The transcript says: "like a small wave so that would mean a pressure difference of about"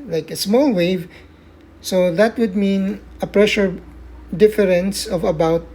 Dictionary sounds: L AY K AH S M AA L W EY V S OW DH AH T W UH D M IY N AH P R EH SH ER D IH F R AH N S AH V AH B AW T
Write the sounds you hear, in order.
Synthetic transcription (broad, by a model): L AY K AH S M AA L W EY V S OW DH AH T W UH D M IY N AH P R EH SH ER D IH F R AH N S AH V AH B AW T